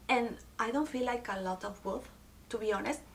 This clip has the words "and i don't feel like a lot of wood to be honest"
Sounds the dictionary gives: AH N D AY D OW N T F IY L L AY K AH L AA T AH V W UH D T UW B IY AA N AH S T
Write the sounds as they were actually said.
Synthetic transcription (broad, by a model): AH N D AY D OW N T F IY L L AY K AH L AA T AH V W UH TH T UW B IY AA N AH S T